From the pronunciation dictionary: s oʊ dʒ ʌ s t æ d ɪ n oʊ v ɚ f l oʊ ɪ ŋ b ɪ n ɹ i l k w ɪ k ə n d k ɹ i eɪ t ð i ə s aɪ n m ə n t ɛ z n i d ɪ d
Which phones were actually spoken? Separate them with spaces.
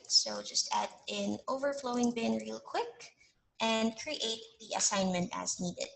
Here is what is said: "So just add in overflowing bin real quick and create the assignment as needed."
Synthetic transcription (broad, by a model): s oʊ dʒ ʌ s t æ d ɪ n oʊ v ɚ f l oʊ ɪ ŋ b ɪ n ɹ i l k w ɪ k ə n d k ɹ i eɪ t ð i ə s aɪ n m ə n t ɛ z n i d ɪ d